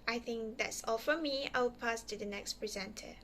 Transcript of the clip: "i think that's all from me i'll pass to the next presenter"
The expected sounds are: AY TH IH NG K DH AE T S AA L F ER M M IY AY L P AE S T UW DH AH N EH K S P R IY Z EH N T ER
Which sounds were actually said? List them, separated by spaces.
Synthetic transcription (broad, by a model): AY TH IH NG K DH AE T S AA L F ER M M IY AY W P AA S T UW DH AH N EH K S P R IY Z EH N T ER